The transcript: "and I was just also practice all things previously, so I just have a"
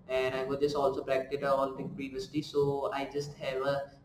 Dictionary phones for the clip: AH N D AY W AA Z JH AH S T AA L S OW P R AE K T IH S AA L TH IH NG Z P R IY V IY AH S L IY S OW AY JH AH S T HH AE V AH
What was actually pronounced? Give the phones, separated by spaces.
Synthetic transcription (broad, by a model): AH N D AY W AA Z JH AH S T AA L S OW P R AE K T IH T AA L T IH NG P R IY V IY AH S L IY S OW AY JH AH S T HH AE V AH